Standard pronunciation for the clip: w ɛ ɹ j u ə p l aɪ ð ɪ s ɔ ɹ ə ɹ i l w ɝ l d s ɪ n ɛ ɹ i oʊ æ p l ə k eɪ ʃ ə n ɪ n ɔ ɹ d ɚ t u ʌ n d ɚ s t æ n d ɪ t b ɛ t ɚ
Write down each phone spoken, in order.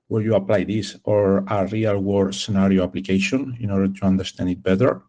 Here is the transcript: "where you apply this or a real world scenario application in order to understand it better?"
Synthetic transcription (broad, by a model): w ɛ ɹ j u ə p l aɪ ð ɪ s ɔ ɹ ə ɹ i l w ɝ d s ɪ n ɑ ɹ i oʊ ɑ p l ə k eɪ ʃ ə n ɪ n ɔ ɹ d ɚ t u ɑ n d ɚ s t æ n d ɪ t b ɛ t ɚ